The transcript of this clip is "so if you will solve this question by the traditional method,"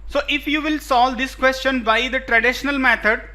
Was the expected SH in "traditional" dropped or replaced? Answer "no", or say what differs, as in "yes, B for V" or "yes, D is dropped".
no